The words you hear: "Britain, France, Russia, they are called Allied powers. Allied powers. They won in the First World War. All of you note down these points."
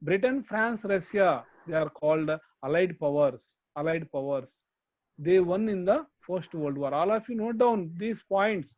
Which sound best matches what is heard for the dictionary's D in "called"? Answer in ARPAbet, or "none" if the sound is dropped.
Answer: D